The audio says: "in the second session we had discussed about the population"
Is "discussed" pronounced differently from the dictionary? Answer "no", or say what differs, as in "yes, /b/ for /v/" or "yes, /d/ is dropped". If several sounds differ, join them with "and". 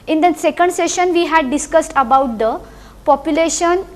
no